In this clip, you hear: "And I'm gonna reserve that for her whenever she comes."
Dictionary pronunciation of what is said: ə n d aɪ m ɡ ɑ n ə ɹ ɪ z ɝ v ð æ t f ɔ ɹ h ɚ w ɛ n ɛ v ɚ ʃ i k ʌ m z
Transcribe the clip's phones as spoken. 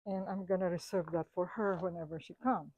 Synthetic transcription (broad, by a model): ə n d aɪ m ɡ ɑ n ə ɹ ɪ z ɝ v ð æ t f ɔ ɹ h ɚ w ɛ n ɛ v ɚ ʃ i k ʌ m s